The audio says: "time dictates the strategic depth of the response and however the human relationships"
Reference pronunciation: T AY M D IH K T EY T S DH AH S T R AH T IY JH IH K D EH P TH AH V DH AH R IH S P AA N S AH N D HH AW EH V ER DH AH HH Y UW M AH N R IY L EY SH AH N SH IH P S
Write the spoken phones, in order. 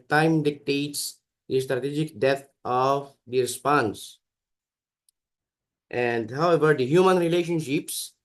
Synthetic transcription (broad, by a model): T AY M D IH K T EY T S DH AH S T R AH T IY JH IH K D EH TH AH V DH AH R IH S P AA N S AH N D HH AW EH V ER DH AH HH Y UW M AH N R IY L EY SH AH N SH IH P S